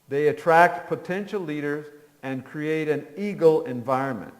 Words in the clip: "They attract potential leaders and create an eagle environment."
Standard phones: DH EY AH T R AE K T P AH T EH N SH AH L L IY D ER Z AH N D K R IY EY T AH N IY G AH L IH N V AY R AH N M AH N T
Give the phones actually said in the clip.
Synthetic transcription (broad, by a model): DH EY AH T R AE K T P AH T EH N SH L L IY D ER Z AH N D K R IY EY T AH N IY G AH L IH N V AY R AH N M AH N T